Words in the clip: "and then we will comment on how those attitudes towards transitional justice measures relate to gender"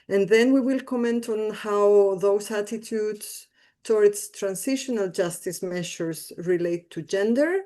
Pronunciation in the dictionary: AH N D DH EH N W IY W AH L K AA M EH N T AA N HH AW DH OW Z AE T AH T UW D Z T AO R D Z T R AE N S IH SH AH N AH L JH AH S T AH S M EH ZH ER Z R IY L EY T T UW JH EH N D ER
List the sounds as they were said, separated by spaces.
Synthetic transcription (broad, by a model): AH N DH EH N W IY W AH L K AA M EH N T AA N HH AW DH OW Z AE T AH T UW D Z T AO R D S T R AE N S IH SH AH N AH L JH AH S T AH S M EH SH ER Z R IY L EY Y T UW JH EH N D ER